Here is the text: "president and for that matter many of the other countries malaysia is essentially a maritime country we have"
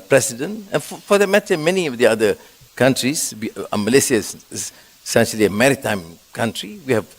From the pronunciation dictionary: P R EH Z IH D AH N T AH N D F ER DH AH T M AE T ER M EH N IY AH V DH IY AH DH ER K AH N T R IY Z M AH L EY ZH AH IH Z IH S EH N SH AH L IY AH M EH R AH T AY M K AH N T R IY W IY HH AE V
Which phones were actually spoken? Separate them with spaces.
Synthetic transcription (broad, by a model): P R EH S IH D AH N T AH N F F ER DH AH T M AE T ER M EH N IY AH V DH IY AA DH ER K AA N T R IY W M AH L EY S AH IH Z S S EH N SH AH L IY AH M EH R AH T AY M K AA N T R IY W IY HH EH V